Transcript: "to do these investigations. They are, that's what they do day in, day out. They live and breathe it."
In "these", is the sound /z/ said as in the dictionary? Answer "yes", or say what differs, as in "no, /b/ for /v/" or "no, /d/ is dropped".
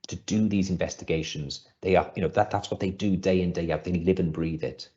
yes